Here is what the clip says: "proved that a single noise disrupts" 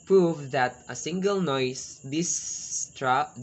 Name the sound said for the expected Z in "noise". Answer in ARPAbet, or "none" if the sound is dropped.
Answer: S